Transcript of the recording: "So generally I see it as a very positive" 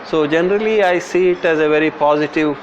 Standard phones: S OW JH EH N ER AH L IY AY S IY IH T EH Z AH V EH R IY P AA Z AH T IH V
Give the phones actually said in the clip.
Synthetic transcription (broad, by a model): S OW JH EH N ER AH L IY AY S IY IH T EH Z AH V EH R IY P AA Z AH T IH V